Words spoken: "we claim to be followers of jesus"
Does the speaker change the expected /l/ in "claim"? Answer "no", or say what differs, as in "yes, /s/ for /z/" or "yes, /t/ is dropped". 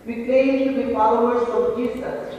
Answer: yes, /l/ is dropped